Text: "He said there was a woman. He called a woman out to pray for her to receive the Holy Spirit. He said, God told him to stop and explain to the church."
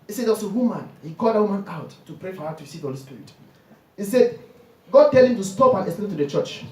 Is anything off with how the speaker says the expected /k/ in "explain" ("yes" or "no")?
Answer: yes